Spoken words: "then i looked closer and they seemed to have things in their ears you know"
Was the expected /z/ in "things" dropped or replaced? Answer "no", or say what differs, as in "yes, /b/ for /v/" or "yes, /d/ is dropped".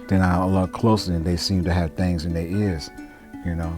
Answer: no